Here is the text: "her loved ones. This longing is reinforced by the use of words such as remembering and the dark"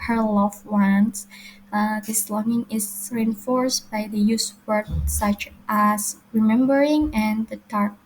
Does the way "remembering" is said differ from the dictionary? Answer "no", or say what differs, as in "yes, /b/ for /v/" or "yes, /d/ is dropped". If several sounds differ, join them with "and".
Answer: no